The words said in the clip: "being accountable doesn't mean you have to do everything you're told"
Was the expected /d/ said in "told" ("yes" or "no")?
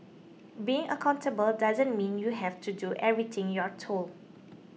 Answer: no